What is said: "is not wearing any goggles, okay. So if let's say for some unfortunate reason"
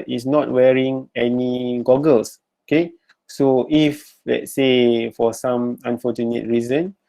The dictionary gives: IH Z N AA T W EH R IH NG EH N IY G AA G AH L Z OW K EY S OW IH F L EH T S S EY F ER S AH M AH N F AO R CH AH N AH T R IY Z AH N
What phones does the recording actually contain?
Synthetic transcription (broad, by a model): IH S N AA T W EH R IH NG EH N IY G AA G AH L S OW K EY S OW IH F L EH T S S EY F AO S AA M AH N F AO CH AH N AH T R IY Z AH N